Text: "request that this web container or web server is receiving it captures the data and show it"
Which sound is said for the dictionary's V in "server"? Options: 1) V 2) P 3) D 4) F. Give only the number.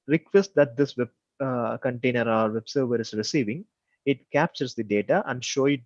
1